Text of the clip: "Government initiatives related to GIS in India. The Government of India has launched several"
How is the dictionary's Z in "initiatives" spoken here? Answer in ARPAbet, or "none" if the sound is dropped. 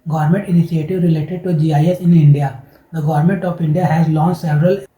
none